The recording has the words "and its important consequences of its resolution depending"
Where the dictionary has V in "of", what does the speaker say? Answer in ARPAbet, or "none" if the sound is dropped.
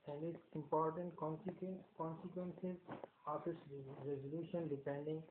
F